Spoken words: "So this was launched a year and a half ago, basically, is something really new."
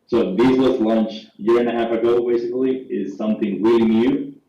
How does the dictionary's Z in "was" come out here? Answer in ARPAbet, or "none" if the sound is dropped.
S